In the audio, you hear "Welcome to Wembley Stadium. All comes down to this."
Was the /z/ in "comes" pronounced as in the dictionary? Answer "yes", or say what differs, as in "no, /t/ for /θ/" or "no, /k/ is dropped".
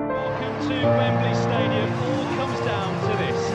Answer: yes